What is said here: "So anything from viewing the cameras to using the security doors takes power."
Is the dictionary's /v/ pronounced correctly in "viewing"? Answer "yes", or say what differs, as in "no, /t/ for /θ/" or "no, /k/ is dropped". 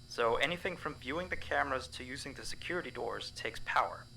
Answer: yes